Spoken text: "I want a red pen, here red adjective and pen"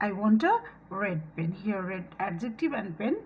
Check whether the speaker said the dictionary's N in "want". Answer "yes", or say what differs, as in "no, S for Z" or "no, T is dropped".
yes